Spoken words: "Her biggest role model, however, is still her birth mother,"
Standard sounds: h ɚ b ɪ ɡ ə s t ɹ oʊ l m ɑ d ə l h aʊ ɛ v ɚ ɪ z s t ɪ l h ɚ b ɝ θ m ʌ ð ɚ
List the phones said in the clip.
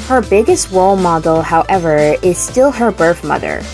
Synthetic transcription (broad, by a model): h ɚ b ɪ ɡ ə s t w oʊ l m ɑ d l h aʊ ɛ v ɚ ɪ z s t ɪ l h ɚ b ɝ θ m ʌ ð ɚ